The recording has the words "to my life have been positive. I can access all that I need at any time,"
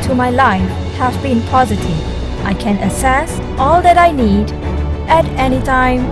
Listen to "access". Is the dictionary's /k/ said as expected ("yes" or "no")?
no